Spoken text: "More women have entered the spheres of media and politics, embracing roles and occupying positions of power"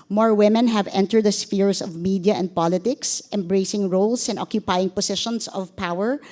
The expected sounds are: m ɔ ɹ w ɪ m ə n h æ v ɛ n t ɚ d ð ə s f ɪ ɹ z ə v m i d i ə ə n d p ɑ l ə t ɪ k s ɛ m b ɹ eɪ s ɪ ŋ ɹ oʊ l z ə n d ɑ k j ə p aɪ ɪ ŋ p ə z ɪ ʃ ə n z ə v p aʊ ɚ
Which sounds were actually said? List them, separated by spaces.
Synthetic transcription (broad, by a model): m ɔ ɹ w ɪ m ə n h æ v ɛ n t ɚ d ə s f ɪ ɹ s ə v m i d i ə ə n d p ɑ l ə t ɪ k s ɛ m b ɹ eɪ s ɪ ŋ ɹ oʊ l s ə n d ɑ k j ə p aɪ ɪ ŋ p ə s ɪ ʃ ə n s ə v p aʊ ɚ